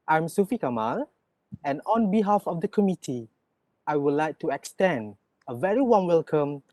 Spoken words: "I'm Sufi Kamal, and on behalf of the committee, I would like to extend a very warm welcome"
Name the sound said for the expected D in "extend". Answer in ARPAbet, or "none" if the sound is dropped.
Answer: D